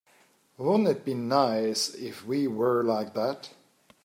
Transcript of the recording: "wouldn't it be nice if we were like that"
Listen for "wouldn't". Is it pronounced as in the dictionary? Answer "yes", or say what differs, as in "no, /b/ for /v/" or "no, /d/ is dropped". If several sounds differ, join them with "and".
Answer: no, /t/ is dropped